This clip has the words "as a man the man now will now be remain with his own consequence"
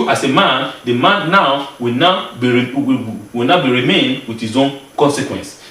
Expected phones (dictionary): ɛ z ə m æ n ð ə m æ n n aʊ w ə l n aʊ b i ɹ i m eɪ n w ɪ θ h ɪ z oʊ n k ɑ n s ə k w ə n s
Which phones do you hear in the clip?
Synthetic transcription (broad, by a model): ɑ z ə m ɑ n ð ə m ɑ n n aʊ w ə w n aʊ b i ɹ i m eɪ n w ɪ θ h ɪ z oʊ n k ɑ n s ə k w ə n s